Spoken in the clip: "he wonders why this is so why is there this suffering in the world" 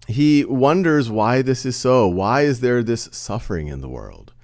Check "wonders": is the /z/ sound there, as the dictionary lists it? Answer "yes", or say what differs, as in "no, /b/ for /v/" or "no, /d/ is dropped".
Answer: yes